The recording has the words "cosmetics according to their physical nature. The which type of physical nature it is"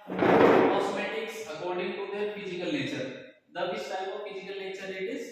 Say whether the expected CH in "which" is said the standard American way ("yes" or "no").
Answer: no